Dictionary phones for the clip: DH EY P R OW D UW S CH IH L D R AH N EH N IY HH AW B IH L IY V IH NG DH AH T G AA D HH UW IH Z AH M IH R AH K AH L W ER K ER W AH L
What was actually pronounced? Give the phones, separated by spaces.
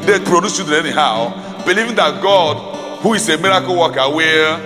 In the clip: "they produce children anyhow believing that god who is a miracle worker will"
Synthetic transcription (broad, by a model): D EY P R OW D UW S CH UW D AH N EH N IY HH AW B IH L IY V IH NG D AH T G AA D HH UW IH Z AH M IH R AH K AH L W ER K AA W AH